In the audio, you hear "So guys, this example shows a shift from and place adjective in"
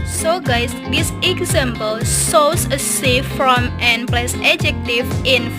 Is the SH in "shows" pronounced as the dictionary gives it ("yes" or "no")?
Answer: no